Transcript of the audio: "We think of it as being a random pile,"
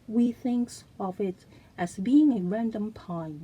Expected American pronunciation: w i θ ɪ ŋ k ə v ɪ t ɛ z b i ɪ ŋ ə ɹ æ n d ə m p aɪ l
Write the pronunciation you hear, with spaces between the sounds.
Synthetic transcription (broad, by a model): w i θ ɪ ŋ k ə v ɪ t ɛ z b i ɪ ŋ ə ɹ æ n d ə m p aɪ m